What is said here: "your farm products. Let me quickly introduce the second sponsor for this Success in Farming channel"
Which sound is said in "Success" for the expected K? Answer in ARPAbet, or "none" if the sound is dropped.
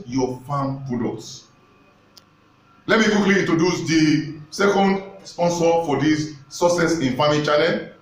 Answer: none